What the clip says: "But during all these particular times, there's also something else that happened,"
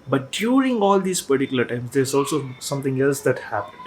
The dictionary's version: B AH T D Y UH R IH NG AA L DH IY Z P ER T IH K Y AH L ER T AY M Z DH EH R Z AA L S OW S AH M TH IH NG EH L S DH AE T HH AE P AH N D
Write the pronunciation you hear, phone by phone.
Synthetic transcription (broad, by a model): B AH T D Y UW R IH NG AA L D IY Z P ER T IH K Y AH L ER T AY M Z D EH R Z AA L S OW S AH M T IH NG EH L S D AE T HH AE P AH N